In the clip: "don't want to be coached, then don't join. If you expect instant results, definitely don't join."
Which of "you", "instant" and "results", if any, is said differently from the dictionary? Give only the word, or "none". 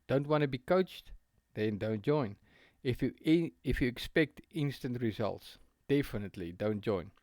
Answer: none